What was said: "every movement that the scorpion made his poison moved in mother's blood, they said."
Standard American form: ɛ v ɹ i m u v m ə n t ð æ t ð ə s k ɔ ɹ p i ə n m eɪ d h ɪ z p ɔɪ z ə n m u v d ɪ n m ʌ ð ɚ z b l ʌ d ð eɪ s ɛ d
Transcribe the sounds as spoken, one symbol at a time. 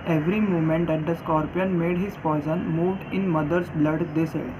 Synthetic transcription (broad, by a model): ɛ v ɹ i m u m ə n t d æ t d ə s k ɔ ɹ p i ə n m eɪ d h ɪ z f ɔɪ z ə n m u v d ɪ n m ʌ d ɚ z b l ʌ d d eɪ s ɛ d